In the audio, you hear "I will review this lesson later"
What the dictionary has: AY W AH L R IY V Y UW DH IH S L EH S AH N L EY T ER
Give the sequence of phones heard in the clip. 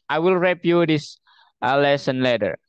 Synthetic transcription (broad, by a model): AY W AH L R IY P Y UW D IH S L EH S AH N L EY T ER